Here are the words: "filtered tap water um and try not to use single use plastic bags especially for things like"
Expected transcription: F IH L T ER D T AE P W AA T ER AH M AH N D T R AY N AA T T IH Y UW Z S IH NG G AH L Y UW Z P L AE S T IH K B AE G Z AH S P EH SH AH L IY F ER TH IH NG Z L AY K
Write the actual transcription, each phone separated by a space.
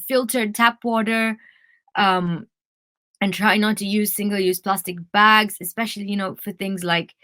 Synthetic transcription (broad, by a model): F IH L T ER D T AE P W AA T ER AH M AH N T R AY N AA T T IH Y UW Z S IH NG G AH L Y UW Z P L AE S T IH K B AE G Z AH S P EH SH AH N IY F ER TH IH NG Z L AY K